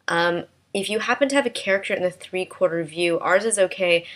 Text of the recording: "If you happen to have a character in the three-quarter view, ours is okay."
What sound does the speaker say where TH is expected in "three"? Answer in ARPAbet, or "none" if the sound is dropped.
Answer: TH